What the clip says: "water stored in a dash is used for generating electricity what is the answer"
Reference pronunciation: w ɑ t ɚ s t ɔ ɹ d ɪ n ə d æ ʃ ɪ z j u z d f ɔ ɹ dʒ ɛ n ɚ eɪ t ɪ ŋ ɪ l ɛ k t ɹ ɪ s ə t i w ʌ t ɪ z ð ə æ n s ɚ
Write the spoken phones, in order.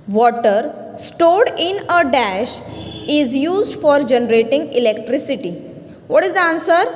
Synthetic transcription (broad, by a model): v ɑ t ɚ s t ɔ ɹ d ɪ n ə d æ ʃ ɪ z j u z d f ɔ ɹ dʒ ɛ n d eɪ t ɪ ŋ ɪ l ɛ k t ɹ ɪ s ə t i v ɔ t ɪ z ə n s ɚ